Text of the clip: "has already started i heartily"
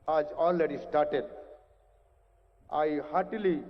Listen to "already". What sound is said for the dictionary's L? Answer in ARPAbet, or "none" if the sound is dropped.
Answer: N